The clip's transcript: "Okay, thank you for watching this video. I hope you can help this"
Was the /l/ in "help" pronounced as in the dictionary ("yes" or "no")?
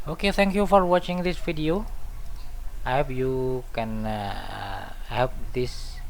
no